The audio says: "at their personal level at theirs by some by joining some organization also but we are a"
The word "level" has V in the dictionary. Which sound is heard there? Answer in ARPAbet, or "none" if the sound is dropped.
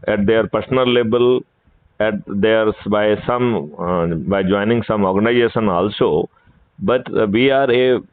B